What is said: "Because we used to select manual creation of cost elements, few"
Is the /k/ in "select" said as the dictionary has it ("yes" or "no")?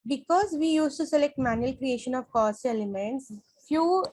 yes